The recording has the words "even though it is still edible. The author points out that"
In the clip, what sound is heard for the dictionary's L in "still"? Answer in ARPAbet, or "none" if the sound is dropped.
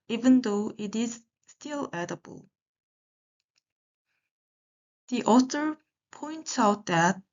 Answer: L